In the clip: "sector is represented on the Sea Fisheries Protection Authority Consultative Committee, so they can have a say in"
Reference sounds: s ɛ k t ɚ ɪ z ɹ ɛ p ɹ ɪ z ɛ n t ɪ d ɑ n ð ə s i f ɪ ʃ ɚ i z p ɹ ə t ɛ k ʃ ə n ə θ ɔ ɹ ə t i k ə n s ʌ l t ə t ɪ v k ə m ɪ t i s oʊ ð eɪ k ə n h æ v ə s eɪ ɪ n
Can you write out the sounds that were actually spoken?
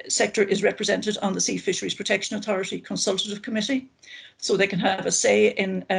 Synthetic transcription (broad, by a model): s ɛ k t ɚ ɪ z ɹ ɛ p ɹ ɪ z ɛ n t ɪ d n ð ə s i f ɪ ʃ ɚ i z p ɹ ə t ɛ k ʃ ə n ə θ ɔ ɹ ə t i k ə n s ʌ l t ə t ɪ v k ə m ɪ t i s oʊ ð eɪ k ə n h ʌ v ə s eɪ ɪ n